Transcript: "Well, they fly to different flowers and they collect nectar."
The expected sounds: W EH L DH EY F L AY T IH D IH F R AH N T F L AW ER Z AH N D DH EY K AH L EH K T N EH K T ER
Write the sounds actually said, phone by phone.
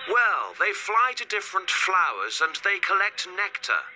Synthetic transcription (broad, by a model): W EH L DH EY F L AY T IH D IH F R AH N T F L AW ER Z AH N DH EY K AH L EH K T N EH K T ER